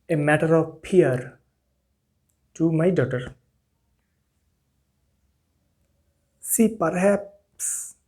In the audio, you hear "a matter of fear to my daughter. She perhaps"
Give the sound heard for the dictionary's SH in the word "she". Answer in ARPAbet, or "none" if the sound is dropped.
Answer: S